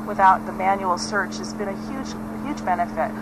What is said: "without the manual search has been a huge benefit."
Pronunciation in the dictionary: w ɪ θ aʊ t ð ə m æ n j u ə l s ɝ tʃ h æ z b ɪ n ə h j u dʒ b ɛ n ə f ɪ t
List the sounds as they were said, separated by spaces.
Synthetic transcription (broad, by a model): w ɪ θ aʊ t ð ə m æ n j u l s ɝ tʃ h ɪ z b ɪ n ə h j u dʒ b ɛ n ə f ɪ t